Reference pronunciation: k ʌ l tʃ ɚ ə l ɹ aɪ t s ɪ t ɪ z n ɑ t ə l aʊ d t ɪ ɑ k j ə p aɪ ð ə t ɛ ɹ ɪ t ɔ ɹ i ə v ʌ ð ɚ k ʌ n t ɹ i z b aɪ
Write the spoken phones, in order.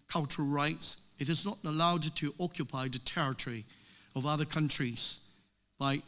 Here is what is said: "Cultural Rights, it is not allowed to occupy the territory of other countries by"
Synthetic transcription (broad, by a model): k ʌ l tʃ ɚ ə l ɹ aɪ t s ɪ t ɪ z n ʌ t ə l aʊ d t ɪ ɑ k j ə p aɪ ð ə t ɛ ɹ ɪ t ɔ ɹ i ə v ʌ ð ɚ k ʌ n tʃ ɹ i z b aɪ